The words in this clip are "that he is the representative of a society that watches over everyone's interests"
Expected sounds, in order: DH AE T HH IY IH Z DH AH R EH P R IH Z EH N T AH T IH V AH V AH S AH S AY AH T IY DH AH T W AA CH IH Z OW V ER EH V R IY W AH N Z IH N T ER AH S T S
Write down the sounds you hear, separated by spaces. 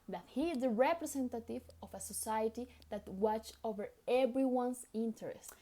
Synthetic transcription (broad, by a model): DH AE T HH IY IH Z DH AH R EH P R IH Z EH N T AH T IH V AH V AH S AH S AY AH T IY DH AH T W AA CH OW V ER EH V R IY W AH N S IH N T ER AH S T